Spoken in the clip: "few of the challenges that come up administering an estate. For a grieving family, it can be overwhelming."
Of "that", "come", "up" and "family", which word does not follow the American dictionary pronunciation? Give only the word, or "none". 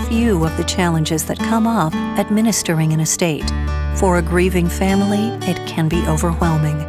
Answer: up